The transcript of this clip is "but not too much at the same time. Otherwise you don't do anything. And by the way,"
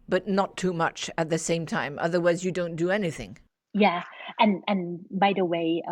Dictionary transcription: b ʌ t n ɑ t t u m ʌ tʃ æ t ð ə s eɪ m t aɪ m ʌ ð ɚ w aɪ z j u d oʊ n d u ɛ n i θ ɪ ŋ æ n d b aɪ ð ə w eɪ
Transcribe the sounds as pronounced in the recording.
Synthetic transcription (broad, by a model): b ʌ t n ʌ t t u m ʌ tʃ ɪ t ð ə s eɪ m t aɪ m ʌ ð ɚ w aɪ z j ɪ d oʊ n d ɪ ɛ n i θ ɪ ŋ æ n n b aɪ ð ə w eɪ